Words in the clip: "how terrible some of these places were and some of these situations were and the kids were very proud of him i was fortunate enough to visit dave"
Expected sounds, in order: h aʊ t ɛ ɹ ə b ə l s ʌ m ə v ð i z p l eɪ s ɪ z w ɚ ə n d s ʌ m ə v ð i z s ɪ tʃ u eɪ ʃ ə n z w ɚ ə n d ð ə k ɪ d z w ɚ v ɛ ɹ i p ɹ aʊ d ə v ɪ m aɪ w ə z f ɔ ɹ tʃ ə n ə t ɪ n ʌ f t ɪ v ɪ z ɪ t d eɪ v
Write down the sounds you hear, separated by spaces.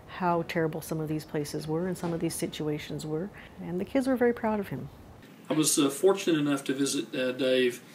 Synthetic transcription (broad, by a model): h aʊ t ɛ ɹ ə b l s ʌ m ə v ð i z p l eɪ s ɪ z w ɚ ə n s ʌ m ə v ð i z s ɪ tʃ u eɪ ʃ ə n z w ɚ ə n ð ə k ɪ d z w ɚ v ɛ ɹ i p ɹ aʊ d ə v ɪ m aɪ w ə z f ɔ ɹ tʃ ə n ə t ɪ n ʌ f t ɪ v ɪ z ɪ t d eɪ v